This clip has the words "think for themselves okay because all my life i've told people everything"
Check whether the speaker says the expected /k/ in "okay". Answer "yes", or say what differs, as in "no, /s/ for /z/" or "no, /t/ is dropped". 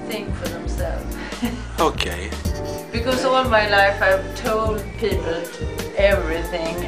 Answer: yes